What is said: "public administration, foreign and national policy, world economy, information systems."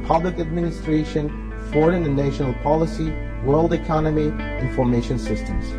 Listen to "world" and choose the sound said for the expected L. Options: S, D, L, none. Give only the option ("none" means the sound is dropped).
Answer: L